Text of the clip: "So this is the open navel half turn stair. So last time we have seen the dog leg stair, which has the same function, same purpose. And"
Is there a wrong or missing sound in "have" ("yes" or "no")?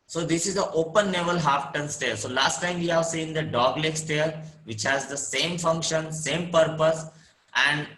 no